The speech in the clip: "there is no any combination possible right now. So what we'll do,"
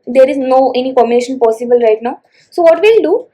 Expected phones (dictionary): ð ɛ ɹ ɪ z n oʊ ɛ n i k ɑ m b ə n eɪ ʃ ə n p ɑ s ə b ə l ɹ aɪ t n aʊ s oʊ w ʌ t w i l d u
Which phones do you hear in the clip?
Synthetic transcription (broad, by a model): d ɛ ɹ ɪ z n oʊ ɛ n i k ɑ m ə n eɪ ʃ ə n p ɑ s ə b ə l ɹ aɪ t n aʊ s oʊ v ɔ t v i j d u